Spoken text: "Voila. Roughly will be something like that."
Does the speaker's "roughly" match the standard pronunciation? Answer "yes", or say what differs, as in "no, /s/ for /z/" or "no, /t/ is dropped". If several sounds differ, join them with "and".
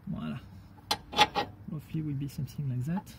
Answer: no, /l/ is dropped